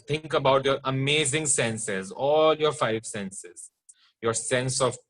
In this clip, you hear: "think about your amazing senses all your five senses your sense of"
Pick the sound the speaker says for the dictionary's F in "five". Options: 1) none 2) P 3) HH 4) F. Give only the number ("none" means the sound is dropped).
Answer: 4